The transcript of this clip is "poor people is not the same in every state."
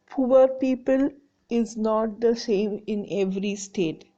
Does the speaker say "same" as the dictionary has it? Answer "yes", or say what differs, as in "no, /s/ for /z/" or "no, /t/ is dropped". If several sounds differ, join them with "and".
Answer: yes